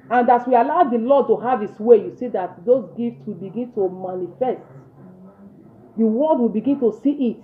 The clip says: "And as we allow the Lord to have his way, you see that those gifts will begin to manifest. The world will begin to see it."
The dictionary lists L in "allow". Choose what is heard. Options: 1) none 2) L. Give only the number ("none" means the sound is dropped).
2